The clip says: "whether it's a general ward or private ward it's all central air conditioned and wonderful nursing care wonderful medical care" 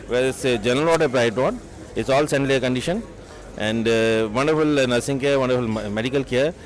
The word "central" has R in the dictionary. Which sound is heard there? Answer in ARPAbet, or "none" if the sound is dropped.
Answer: L